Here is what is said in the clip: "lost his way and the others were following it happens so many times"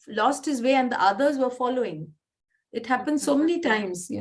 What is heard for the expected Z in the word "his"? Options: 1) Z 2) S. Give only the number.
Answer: 1